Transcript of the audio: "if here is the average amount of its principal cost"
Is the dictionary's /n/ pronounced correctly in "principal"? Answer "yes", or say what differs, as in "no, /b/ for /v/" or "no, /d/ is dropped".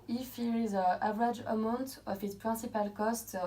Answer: no, /n/ is dropped